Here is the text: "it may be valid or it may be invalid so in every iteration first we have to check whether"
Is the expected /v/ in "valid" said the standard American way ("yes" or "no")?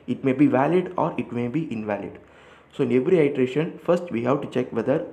yes